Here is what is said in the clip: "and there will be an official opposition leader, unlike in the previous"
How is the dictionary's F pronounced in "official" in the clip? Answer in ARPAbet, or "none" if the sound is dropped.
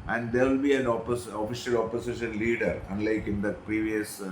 F